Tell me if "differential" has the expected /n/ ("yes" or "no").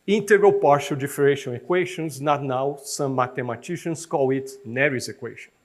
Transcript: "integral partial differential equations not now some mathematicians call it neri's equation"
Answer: no